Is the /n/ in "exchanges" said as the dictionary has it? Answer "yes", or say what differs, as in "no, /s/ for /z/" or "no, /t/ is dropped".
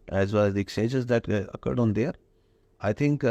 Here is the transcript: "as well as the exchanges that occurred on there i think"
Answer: no, /n/ is dropped